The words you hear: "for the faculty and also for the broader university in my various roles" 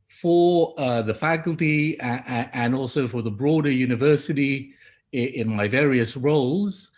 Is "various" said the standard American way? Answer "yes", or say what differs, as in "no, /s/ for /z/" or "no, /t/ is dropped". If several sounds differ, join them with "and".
yes